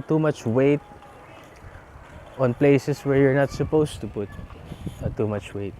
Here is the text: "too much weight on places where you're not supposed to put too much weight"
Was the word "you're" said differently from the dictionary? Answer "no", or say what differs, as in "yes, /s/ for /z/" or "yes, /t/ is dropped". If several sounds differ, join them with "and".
no